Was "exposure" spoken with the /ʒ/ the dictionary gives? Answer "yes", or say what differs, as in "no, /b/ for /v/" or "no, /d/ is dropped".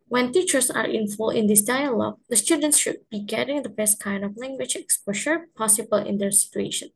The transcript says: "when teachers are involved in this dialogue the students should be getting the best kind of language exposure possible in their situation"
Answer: no, /ʃ/ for /ʒ/